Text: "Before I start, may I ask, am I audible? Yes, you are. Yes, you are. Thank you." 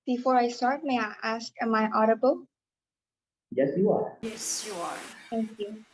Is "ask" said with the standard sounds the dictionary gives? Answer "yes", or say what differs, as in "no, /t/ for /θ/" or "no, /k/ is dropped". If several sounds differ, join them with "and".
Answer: yes